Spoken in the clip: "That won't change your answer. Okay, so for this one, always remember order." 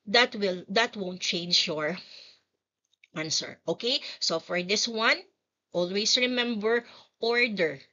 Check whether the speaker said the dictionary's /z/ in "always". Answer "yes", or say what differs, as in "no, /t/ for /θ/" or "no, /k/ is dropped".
no, /s/ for /z/